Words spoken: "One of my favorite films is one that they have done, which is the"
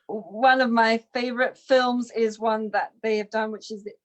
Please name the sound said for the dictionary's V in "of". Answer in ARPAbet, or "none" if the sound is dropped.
V